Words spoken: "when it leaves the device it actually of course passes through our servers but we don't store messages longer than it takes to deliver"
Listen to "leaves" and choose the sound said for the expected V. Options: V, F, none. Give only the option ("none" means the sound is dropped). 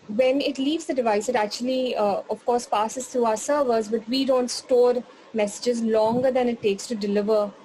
V